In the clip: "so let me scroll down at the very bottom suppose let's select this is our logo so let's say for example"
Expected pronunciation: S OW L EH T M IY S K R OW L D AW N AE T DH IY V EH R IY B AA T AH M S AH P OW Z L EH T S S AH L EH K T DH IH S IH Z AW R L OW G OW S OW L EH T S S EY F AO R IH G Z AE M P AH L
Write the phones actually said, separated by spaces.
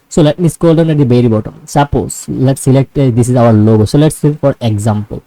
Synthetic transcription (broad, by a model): S OW L EH T M IY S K OW L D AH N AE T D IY B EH R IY B AA T AH M S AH P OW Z L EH T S S AH L EH K T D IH S IH Z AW R L OW G OW S OW L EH T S S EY F AO R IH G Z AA M P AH L